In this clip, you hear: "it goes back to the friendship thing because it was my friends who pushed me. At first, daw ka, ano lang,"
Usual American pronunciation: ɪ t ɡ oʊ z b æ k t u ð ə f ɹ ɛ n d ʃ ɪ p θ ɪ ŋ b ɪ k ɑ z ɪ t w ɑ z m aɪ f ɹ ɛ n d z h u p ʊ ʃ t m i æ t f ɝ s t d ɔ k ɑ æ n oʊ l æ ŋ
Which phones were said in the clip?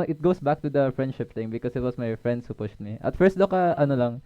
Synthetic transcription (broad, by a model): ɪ t ɡ oʊ s b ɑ k t u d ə f ɹ ɛ n d ʃ ɪ p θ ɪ ŋ b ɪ k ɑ s ɪ t w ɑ s m aɪ f ɹ ɛ n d s h u p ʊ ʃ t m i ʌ t f ɝ s t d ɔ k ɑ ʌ n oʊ l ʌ ŋ